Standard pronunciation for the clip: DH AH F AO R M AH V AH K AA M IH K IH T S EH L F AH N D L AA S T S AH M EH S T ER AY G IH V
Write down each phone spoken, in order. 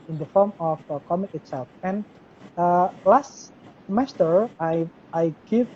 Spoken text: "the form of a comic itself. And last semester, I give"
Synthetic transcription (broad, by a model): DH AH F AO R M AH F AH K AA M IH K IH T S EH L F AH N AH L AA S T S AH M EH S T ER AY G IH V